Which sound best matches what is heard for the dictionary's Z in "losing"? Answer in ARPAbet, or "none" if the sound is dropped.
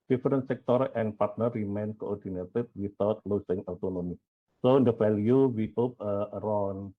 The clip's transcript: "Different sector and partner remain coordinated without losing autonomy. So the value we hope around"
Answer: S